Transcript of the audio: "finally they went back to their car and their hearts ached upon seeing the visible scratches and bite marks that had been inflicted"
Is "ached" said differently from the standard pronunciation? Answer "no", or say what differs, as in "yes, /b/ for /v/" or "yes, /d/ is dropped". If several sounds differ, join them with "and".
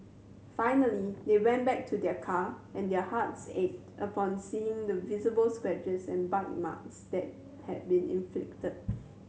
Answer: yes, /k/ is dropped